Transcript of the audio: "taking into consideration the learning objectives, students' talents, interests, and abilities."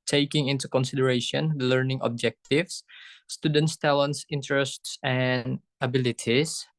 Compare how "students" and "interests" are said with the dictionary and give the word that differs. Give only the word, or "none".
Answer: none